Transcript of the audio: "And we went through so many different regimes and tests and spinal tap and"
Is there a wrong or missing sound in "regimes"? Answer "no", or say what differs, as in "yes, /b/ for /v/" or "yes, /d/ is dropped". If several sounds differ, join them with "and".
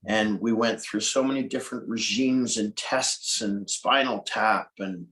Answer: no